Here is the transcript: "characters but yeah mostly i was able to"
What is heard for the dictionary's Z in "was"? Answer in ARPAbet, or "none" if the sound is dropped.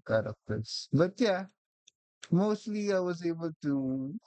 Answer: Z